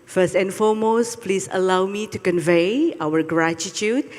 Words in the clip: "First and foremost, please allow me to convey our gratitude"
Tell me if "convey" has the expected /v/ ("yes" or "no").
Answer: yes